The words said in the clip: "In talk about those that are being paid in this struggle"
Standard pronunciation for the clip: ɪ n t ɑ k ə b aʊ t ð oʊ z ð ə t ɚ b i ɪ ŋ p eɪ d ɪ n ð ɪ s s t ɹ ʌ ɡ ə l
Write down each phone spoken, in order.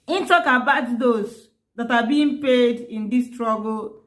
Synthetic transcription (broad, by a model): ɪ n t ɑ k ə b aʊ t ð oʊ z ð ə t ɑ b i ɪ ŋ p eɪ d ɪ n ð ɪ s s t ɹ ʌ ɡ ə l